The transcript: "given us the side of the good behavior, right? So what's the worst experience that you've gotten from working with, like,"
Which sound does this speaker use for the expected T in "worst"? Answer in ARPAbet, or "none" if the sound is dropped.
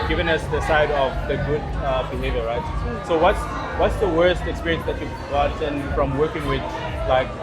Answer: T